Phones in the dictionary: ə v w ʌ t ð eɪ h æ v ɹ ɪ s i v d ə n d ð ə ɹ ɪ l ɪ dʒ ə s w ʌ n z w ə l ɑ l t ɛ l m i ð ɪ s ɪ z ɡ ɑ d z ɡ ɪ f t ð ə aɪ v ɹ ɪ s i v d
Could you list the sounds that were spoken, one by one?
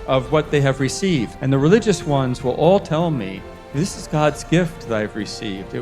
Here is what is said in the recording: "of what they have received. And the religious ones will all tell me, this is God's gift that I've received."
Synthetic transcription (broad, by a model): ə v w ʌ t ð eɪ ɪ v ɹ ɪ s i v d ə n ð ə ɹ ɪ l ɪ dʒ ə s w ʌ n z w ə l ɑ l t ɛ l m i ð ɪ s ɪ z ɡ ɑ d z ɡ ɪ f t ð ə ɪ v ɹ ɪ s i v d